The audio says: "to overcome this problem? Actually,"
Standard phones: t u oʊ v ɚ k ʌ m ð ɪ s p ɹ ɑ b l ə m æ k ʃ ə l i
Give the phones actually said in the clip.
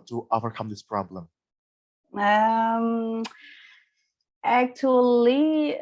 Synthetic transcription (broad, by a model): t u oʊ v ɚ k ʌ m ð ɪ s p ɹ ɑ b l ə m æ k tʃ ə l i